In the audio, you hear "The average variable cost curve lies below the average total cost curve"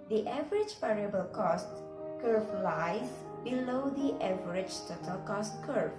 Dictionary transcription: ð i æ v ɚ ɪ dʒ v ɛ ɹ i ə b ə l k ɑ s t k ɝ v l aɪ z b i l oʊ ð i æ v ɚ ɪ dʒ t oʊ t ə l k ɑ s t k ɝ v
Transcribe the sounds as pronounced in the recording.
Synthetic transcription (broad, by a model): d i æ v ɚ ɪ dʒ p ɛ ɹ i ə b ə l k ɑ s t k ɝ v l aɪ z b i l oʊ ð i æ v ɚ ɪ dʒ t oʊ t ə l k ɑ s t k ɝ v